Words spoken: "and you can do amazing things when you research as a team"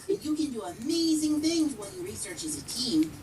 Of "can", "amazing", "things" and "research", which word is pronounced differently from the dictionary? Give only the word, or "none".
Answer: none